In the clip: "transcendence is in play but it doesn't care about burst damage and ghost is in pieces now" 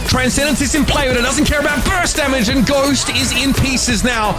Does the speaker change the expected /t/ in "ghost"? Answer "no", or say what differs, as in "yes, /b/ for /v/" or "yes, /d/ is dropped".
no